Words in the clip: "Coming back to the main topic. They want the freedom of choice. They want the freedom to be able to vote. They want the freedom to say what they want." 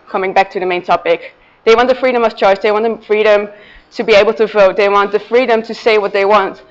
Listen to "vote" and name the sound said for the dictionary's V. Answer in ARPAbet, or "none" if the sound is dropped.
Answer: V